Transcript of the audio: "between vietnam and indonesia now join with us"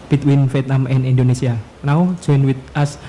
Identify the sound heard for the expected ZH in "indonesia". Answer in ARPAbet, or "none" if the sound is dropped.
S